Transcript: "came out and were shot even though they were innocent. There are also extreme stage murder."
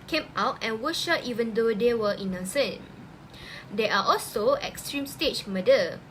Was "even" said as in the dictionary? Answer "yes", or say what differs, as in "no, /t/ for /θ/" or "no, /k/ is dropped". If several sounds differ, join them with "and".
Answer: yes